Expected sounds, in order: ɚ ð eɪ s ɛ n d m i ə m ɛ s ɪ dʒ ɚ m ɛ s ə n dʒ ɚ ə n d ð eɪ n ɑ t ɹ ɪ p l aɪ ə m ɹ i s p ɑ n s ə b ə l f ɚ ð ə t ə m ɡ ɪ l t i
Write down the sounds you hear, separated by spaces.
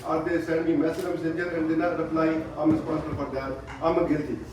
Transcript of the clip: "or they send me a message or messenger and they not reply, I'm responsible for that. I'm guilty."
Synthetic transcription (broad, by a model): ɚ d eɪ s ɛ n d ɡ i m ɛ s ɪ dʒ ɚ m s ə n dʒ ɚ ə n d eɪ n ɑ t ɹ ɪ p l aɪ ə m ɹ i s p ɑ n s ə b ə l p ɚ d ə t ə m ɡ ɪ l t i